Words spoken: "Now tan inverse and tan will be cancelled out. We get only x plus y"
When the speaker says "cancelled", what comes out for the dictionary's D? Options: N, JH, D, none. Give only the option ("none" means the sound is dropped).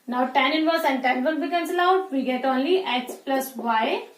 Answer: none